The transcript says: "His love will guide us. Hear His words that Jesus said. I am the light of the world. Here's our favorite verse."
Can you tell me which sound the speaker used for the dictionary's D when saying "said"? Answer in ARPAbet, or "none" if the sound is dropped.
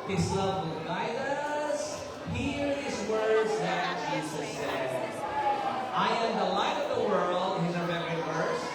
none